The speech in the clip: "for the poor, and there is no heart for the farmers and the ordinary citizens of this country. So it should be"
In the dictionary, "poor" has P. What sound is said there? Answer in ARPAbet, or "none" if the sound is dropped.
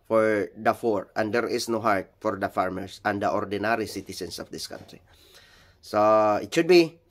F